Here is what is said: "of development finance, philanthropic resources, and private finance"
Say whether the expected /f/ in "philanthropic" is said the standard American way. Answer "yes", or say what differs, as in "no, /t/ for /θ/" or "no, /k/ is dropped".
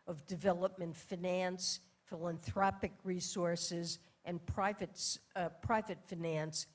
yes